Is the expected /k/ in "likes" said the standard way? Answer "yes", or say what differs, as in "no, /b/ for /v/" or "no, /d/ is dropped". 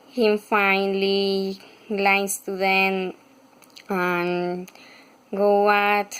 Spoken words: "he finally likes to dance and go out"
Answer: no, /k/ is dropped